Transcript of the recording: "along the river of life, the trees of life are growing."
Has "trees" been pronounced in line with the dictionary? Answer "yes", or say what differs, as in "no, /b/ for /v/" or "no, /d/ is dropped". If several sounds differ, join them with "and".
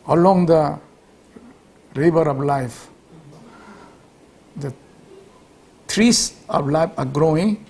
no, /s/ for /z/